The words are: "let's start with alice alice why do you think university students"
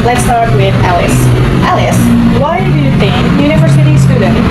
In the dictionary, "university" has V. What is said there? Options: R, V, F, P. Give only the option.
V